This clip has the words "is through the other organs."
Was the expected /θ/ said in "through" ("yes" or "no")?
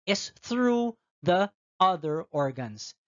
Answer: yes